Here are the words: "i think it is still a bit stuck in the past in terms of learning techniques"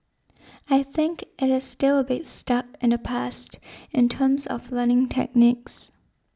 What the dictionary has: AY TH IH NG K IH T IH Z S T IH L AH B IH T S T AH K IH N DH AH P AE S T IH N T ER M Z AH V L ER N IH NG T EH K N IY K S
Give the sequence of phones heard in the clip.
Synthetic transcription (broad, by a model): AY TH IH NG K IH T IH Z S T IH L AH B IH T S T AH K IH N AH P AE S T IH N T ER M Z AH V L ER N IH NG T EH K N IY K S